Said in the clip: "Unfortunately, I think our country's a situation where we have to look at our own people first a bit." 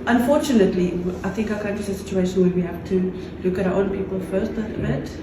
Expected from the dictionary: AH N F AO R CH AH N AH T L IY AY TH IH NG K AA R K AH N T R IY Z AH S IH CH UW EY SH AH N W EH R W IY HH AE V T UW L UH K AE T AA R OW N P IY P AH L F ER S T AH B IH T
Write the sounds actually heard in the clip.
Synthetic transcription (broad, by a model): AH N F AO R CH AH N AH T L IY AY TH IH NG K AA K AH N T IY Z AH S IH CH UW EY SH AH N W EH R W IY HH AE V T UW L UH K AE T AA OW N P IY P AH L F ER S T AH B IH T